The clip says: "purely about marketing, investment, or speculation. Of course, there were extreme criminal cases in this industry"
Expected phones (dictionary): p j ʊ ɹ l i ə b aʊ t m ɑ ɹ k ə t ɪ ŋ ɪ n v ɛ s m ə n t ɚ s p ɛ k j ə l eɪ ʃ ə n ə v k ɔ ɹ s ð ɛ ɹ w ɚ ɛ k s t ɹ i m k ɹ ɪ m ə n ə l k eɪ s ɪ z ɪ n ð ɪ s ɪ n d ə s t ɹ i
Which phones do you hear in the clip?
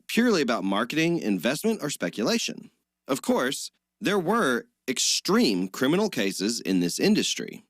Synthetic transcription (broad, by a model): p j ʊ ɹ l i ə b aʊ t m ɑ ɹ k ə t ɪ ŋ ɪ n v ɛ s m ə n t ɚ s p ɛ k j ə l eɪ ʃ ə n ə v k ɔ ɹ s ð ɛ ɹ w ɚ ɛ k s t ɹ i m k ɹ ɪ m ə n l k eɪ s ɪ z ɪ n ð ɪ s ɪ n d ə s t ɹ i